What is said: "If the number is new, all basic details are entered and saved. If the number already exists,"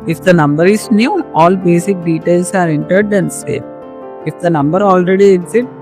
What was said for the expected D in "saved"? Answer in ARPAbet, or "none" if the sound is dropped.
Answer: none